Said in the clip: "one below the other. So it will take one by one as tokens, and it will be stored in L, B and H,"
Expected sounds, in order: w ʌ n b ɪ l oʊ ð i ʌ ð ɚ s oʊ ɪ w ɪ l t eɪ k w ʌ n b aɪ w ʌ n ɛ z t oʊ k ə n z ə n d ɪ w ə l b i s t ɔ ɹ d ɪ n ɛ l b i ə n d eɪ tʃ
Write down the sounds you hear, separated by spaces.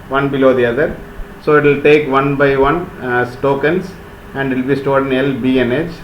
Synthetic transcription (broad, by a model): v ʌ n b ɪ l oʊ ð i ʌ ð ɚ s oʊ ɪ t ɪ l t eɪ k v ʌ n b aɪ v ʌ n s t oʊ k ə n s ə n d ɪ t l b i s t ɔ ɹ d ɪ n ɛ l b i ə n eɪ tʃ